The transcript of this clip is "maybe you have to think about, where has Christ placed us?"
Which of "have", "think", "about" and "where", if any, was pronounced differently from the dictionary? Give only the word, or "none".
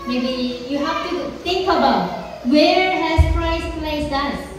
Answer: have